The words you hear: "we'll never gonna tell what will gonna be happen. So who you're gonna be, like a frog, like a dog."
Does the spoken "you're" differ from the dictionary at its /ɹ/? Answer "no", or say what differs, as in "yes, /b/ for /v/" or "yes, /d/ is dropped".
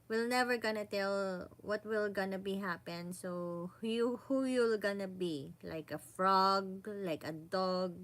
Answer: yes, /l/ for /ɹ/